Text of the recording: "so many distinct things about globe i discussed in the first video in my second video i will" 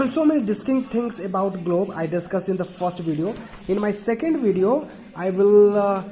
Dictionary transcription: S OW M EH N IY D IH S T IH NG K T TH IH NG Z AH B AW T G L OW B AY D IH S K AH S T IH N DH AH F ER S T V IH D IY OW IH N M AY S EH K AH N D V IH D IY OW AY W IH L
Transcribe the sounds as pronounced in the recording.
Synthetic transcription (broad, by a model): S OW M EH N IY D IH S T IH NG K T T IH NG S AH B AW T G L OW B AY D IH S K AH S IH N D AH F ER S T V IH D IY OW IH N M AY S EH K AH N D V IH D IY OW AY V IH L